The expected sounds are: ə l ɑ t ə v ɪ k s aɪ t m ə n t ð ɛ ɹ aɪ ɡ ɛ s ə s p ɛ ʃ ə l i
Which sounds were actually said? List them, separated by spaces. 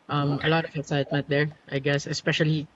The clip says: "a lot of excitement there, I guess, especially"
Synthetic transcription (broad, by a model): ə l ɑ t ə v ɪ s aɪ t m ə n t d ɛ ɹ aɪ ɡ ɛ s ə s p ɛ ʃ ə l i